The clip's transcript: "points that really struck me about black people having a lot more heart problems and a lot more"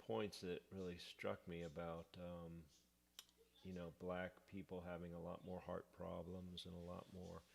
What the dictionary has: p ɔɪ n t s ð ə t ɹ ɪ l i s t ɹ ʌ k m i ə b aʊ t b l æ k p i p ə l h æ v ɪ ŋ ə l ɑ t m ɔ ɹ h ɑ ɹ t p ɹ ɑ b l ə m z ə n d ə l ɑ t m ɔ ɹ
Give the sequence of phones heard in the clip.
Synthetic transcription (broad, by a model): ɔɪ n t s ð ə t ɹ ɪ l i s t ɹ ʌ k m i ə b aʊ t b l æ k p i p l h æ v ɪ ŋ ə l ɑ t m ɔ ɹ h ɑ ɹ t p ɹ ɑ b l ə m z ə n ə l ɑ t m ɔ ɹ